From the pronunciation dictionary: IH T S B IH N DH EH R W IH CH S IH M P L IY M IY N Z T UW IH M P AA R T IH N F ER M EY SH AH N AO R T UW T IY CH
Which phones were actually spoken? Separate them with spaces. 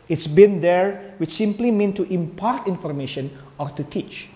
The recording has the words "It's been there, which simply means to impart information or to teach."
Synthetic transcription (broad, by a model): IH T S B IH N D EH R W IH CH S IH M P L IY M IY N T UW IH M P AA R T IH N F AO M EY SH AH N AO R T UW T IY CH